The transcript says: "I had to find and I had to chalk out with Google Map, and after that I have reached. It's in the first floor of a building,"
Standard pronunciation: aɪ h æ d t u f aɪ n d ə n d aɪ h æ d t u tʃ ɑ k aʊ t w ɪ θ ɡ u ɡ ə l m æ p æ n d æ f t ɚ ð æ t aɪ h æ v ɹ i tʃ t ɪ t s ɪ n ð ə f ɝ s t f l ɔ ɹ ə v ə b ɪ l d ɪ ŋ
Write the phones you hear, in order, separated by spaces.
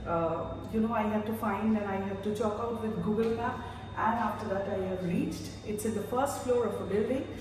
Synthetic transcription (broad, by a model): aɪ h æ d t u f aɪ n d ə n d aɪ h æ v t u tʃ ɑ k aʊ t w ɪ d ɡ u ɡ ə l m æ æ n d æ f t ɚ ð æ t aɪ h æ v ɹ i tʃ t ɪ t s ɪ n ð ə f ɝ s t f l ɔ ɹ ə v ə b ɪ l d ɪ ŋ